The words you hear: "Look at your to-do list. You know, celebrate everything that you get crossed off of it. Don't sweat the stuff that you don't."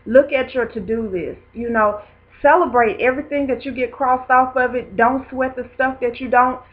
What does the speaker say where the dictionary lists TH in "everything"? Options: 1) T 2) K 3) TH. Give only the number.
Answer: 3